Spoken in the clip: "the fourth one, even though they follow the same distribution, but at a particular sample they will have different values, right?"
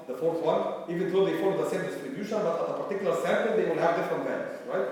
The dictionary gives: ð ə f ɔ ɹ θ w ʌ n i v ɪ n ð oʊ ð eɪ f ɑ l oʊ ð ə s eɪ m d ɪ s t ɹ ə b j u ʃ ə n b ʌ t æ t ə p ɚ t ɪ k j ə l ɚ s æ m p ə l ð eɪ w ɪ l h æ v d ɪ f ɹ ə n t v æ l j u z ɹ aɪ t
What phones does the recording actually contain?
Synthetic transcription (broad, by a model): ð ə f ɔ ɹ θ w ʌ n i v ɪ n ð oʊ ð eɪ f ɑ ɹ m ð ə s eɪ m d ɪ s t ɹ ə b j u ʃ ə n b ʌ t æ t ə p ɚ t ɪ k j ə l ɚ s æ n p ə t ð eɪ w ɪ l h æ v d ɪ f ɹ ə n t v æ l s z ɹ aɪ t